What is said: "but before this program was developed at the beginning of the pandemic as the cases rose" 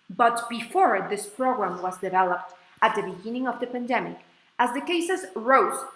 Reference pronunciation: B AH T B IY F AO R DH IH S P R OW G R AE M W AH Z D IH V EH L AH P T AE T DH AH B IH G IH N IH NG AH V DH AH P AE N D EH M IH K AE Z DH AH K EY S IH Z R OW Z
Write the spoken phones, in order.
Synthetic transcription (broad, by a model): B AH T B IY F AO R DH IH S P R OW G R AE M W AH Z D IH V EH L AH P T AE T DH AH B IH G IH N IH NG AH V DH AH P AE N D EH M IH K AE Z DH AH K EY S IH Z R OW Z